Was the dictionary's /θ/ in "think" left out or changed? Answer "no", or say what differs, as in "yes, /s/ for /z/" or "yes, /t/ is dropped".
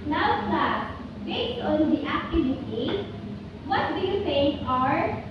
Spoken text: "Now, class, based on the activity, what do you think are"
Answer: yes, /s/ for /θ/